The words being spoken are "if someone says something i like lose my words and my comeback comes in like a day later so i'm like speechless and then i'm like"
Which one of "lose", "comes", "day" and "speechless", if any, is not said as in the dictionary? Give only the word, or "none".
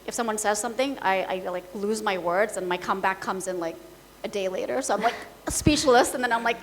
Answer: speechless